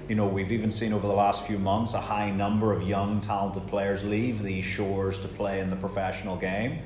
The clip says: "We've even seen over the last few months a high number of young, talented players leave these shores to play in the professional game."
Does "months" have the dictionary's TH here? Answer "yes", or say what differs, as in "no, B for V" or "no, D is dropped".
yes